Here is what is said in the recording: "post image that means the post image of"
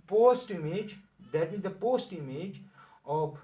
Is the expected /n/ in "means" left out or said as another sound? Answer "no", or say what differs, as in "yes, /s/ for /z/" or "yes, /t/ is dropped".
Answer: yes, /n/ is dropped